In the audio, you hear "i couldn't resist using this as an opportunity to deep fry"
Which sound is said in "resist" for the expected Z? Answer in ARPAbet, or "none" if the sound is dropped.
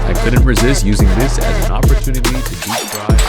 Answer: Z